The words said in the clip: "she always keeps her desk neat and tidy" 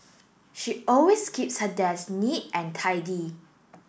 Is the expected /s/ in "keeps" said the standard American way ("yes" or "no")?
yes